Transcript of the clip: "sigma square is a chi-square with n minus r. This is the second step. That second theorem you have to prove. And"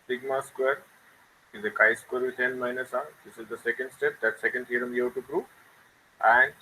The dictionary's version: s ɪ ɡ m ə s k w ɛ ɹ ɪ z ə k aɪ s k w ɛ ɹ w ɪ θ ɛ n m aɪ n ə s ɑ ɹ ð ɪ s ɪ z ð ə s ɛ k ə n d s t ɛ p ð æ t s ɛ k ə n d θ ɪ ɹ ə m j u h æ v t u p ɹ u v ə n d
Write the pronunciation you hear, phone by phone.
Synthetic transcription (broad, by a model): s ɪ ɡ m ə s k w ɛ ɹ ɪ z ə k aɪ s k w ɛ ɹ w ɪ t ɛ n m aɪ n ə s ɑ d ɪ s ɪ z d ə s ɛ k ə n d s t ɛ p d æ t s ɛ k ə n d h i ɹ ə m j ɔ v t u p ɹ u ə n d